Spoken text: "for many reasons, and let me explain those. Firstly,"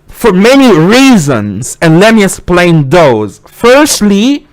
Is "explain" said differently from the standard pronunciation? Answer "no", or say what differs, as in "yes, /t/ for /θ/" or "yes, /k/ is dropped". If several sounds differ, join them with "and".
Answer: yes, /k/ is dropped